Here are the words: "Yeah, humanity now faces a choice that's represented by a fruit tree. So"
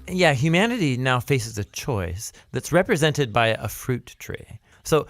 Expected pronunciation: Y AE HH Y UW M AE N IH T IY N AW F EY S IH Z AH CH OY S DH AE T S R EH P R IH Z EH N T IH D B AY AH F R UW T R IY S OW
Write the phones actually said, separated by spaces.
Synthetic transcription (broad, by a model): Y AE HH Y UW M AE N IH T IY N AW F EY S IH Z AH CH OY S DH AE T S R EH P R IH Z EH N T IH D B AY AH F R UW T R IY S OW